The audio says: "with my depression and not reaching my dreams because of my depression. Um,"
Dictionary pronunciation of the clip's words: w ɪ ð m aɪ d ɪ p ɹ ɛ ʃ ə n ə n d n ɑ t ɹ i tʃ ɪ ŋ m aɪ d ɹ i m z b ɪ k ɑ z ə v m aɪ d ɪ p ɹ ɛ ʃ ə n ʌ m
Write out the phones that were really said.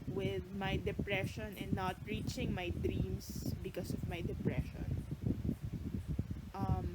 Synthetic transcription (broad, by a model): w ɪ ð m aɪ d ɪ p ɹ ɛ ʃ ə n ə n n ɑ t ɹ i tʃ ɪ ŋ m aɪ d ɹ i m s b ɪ k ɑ s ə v m aɪ d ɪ p ɹ ɛ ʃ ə n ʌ m